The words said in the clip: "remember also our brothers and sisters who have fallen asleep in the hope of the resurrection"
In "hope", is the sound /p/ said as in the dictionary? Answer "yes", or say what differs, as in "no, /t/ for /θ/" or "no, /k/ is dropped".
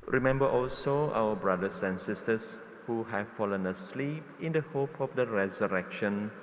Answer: yes